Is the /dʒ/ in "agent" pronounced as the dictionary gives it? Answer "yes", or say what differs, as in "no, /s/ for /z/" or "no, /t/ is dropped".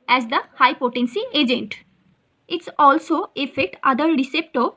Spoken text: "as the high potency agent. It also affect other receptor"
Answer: yes